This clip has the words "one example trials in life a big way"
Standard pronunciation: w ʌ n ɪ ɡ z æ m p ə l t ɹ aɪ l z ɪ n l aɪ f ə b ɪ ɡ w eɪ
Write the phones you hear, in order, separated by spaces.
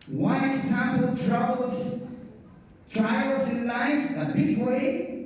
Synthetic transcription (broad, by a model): w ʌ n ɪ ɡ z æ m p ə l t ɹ aɪ l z ɪ n l aɪ f ə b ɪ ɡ w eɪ